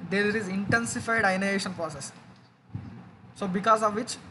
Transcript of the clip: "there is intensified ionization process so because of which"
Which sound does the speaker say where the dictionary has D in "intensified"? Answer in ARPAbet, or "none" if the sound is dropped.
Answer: D